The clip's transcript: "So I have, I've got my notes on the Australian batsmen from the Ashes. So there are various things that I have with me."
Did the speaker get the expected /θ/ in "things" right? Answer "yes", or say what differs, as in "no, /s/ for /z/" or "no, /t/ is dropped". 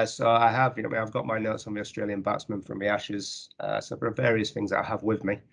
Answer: yes